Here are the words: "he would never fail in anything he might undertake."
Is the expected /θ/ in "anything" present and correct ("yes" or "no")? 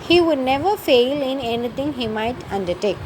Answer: no